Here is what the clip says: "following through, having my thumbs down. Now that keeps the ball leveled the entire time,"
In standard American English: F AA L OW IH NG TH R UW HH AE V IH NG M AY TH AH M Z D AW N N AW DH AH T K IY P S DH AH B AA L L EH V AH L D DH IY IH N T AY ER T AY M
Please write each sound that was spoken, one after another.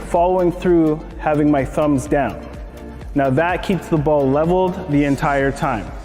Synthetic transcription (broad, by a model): F AA L OW IH NG TH R UW HH AE V IH NG M AY TH AH M Z D AW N N AW DH AH T K IY P S DH AH B AA L L EH V L D DH IY IH N T AY ER T AY M